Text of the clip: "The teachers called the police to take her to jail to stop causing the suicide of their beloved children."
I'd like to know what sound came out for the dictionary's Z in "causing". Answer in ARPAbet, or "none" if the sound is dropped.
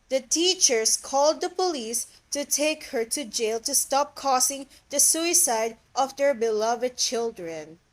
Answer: S